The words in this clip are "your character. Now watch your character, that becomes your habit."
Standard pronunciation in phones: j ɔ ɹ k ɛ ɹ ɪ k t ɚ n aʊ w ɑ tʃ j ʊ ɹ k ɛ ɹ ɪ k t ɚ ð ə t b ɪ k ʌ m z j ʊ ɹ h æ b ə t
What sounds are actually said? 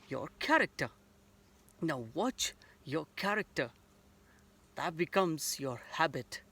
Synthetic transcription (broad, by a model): j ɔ ɹ k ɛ ɹ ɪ k t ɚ n aʊ w ɑ tʃ j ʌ ɹ k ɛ ɹ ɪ k t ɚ ð ə t b ɪ k ʌ m z j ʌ ɹ h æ b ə t